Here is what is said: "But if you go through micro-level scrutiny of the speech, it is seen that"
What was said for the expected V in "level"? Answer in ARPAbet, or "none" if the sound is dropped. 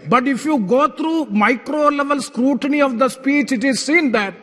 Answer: V